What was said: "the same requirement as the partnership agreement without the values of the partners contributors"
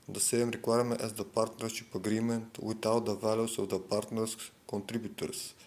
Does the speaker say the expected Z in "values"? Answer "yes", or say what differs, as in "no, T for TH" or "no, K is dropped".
no, S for Z